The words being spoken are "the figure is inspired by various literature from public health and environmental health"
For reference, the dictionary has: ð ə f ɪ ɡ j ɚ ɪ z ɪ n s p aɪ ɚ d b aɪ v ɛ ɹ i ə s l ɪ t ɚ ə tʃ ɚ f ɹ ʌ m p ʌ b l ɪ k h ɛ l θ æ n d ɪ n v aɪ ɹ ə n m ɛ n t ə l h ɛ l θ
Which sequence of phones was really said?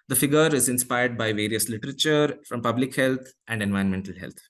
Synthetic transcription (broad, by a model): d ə f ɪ ɡ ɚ ɪ z ɪ n s p aɪ ɚ d b aɪ v ɛ ɹ i ə s l ɪ t ɚ ə tʃ ɚ f ɹ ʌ m p ʌ b l ɪ k h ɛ l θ æ n d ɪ n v aɪ ə n m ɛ n t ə l h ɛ l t